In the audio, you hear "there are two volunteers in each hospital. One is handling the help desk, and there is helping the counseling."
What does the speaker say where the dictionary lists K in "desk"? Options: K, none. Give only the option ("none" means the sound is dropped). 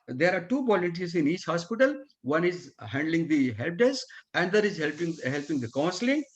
none